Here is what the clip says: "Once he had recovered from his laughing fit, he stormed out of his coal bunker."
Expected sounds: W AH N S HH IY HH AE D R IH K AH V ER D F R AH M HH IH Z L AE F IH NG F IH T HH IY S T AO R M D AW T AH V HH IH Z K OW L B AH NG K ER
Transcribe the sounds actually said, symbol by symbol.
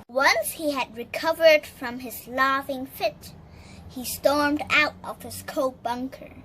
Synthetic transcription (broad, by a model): W AH N S HH IY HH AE D R IH K AH V ER D F R AH M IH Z L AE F IH NG F IH T HH IY S T AO R M D AW T AH V HH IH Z K OW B AH NG K ER